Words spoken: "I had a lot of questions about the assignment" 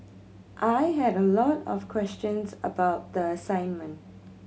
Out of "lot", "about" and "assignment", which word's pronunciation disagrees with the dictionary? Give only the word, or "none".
none